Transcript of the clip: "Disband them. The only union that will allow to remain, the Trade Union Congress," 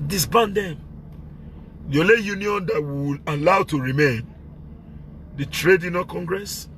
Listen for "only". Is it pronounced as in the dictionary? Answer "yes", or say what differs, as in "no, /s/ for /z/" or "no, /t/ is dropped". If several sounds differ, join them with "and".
no, /n/ is dropped